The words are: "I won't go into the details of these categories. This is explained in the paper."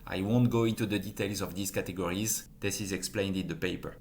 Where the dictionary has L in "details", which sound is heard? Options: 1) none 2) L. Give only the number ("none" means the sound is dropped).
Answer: 2